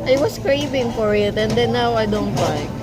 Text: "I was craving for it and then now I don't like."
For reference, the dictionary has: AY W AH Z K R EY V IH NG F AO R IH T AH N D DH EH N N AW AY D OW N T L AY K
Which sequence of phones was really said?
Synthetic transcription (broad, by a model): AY W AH S K R EY V IH NG F AO R IH T AH N D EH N N AW AY D OW N T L AY